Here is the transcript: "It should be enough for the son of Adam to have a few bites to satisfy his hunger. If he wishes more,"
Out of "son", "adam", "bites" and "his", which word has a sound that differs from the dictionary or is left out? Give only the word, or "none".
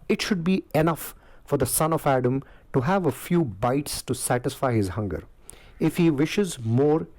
none